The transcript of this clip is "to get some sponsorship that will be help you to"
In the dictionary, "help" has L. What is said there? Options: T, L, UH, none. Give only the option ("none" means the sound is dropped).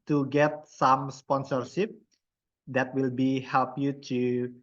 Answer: L